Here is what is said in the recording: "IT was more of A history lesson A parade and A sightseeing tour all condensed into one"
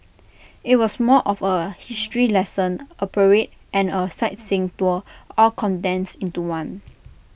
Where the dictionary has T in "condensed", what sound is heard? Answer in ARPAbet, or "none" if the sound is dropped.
none